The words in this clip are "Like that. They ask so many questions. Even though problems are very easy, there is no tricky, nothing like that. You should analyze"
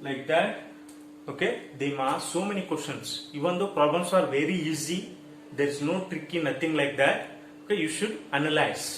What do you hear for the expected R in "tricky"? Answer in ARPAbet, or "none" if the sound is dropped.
R